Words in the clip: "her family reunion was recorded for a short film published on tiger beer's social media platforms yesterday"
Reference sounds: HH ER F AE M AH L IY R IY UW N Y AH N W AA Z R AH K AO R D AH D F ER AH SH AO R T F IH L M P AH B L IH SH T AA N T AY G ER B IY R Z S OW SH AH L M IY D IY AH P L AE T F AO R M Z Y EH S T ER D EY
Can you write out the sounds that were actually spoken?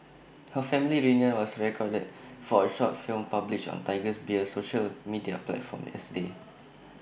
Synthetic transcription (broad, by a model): HH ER F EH M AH L IY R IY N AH W AA S R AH K AO D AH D F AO AH SH AO T F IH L M P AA B L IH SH AA N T AY G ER B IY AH S OW SH AH L M IY D IY AH P L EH T F AO M Y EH S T D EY